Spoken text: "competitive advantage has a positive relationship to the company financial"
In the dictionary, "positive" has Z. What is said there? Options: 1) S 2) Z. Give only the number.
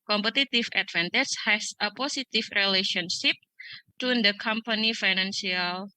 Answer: 1